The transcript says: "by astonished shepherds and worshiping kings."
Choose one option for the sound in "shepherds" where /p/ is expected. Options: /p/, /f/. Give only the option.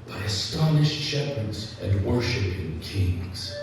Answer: /p/